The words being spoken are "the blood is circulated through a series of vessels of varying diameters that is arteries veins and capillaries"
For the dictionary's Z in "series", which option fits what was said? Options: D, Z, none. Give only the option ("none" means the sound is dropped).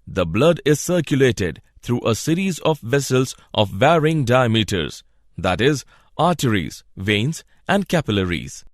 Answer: Z